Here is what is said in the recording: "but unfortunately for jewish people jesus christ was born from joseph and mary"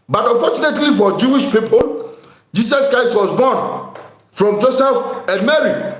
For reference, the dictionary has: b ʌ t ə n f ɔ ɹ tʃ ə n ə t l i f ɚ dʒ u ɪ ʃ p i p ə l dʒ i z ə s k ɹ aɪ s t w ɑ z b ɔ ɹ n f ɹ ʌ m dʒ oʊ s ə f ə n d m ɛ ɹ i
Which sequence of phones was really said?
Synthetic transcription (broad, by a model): b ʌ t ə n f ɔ tʃ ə n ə t l i f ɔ dʒ u ɪ ʃ p i p ə l dʒ i s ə s k ɹ aɪ s t w ɑ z b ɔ n f ɹ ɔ m dʒ oʊ s ə f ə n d m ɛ ɹ i